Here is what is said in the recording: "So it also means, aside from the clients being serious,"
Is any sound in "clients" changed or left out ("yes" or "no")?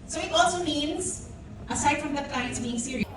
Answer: yes